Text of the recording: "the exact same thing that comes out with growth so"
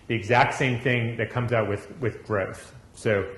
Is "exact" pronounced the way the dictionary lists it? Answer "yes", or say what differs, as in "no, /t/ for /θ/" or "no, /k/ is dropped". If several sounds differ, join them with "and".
yes